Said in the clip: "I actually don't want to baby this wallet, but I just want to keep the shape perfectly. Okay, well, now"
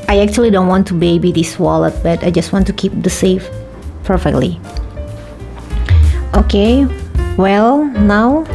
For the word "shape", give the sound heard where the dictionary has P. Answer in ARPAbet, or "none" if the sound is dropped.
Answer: F